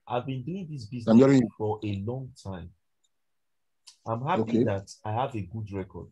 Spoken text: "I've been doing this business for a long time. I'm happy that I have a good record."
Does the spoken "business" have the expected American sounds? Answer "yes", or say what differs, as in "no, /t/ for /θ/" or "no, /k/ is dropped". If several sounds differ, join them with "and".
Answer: no, /s/ is dropped